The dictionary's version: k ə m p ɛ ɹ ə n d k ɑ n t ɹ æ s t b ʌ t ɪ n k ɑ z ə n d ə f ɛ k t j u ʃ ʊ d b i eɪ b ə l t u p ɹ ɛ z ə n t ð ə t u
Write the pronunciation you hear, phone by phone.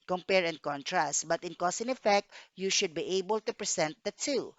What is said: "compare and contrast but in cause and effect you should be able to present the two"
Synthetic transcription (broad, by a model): k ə m p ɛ ɹ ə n k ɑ n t ɹ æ s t b ʌ t ɪ n k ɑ s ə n ə f ɛ k t j u ʃ ʊ d b i eɪ b ə l t u p ɹ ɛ s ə n t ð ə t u